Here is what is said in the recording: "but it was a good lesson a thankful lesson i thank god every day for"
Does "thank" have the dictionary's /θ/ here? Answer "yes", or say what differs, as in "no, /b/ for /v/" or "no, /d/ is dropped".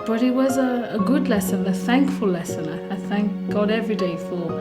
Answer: yes